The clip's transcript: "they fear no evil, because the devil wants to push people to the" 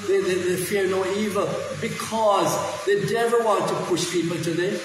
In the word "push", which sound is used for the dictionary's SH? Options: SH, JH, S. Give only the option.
SH